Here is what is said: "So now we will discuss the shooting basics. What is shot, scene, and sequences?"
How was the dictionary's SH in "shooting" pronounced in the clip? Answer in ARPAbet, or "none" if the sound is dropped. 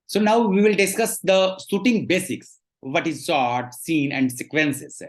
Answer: S